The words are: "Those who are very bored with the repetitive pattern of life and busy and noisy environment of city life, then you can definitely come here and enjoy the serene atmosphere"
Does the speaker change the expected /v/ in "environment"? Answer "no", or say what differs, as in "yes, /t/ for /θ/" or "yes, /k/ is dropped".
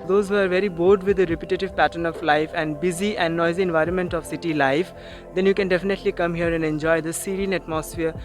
no